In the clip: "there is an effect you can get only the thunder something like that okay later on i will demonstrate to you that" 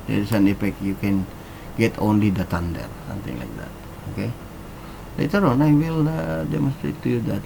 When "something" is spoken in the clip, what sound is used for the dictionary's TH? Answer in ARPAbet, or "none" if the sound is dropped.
T